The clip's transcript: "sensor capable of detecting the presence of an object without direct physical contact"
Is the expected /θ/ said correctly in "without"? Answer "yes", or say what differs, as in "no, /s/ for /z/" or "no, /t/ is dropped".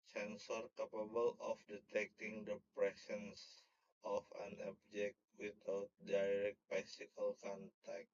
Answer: no, /t/ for /θ/